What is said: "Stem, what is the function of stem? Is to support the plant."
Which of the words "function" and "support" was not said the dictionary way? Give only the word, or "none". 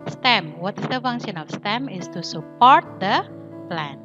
function